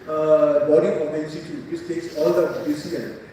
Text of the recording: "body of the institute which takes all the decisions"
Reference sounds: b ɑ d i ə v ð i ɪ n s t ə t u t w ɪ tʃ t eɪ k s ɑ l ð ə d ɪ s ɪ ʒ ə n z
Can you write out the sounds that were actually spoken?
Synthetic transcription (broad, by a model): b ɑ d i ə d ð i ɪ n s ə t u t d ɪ s t eɪ k s ɑ l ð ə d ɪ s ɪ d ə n